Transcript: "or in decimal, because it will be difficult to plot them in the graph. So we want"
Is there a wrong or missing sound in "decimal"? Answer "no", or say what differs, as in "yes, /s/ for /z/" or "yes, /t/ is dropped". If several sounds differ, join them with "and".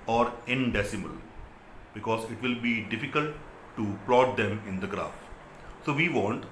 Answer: no